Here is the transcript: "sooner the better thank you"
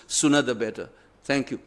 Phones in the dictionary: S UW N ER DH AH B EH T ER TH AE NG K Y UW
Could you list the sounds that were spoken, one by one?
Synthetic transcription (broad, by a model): S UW N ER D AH B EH T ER T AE NG K Y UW